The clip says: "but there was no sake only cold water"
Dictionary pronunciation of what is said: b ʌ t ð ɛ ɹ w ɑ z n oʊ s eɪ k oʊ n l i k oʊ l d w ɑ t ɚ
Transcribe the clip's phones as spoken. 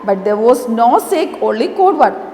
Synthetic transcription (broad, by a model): b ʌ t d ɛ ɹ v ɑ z n oʊ s eɪ k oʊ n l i k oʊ d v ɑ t